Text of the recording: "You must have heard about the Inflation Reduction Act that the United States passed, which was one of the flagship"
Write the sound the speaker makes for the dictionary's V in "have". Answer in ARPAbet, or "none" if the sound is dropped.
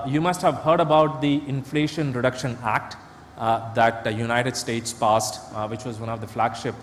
V